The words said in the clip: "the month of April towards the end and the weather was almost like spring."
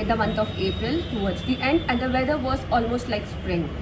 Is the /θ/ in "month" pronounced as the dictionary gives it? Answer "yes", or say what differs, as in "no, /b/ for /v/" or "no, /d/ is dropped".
no, /t/ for /θ/